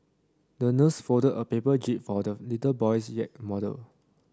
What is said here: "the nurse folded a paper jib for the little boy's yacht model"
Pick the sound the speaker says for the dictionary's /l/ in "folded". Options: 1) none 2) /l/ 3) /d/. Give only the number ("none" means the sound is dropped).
1